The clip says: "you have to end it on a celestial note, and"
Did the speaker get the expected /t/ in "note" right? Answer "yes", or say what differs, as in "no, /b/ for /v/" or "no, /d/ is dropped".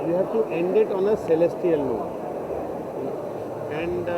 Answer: no, /t/ is dropped